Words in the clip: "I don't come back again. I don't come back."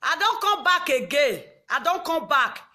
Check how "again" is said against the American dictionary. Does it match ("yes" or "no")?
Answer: no